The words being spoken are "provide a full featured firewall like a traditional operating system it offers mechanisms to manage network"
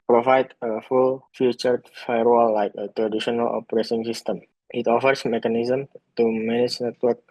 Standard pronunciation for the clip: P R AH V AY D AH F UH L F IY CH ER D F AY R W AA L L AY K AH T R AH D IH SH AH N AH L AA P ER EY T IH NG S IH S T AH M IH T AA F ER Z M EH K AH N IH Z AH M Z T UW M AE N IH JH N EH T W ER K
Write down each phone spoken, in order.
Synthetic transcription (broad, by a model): P R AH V AY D AH F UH L F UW CH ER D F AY R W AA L L AY K AH T R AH D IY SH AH N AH L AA P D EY S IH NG S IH S T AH M IH T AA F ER S M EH K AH N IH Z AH M T UW M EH N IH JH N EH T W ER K